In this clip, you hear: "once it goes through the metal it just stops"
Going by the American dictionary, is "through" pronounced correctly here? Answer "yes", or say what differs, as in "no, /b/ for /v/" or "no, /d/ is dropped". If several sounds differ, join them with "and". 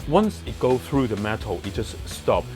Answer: yes